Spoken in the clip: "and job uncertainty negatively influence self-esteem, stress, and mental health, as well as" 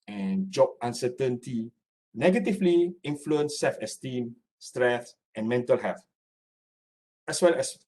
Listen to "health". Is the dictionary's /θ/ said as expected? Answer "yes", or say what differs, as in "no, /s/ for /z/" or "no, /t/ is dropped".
no, /f/ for /θ/